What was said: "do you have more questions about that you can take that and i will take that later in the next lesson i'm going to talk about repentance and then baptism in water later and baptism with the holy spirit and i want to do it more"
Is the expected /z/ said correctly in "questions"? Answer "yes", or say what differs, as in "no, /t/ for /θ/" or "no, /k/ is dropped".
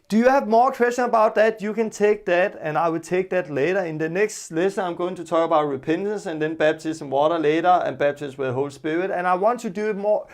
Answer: no, /z/ is dropped